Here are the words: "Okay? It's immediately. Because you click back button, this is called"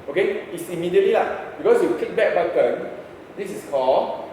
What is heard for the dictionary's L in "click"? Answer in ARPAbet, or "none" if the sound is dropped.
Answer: none